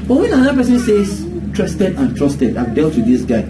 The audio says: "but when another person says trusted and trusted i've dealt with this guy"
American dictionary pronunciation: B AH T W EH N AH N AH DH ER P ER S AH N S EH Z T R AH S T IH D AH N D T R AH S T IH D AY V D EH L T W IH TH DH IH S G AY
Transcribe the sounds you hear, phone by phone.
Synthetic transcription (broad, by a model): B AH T W EH N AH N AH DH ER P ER S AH N S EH S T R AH S T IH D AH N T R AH S T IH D AY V D EH L T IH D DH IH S G AY